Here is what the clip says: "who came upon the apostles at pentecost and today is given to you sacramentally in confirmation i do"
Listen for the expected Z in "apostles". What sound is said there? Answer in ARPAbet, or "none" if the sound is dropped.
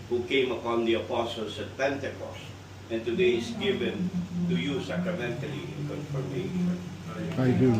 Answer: S